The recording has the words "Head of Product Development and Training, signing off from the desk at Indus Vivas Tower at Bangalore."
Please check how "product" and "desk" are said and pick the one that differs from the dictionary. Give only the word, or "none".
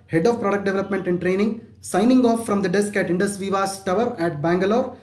none